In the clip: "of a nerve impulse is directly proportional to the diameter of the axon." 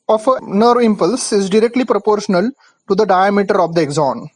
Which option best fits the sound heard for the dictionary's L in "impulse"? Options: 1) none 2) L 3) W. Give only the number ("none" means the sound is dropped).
2